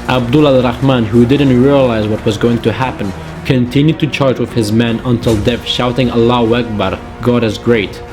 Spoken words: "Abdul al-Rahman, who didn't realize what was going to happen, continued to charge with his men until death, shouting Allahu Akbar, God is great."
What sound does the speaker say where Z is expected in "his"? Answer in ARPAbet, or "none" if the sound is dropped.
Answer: Z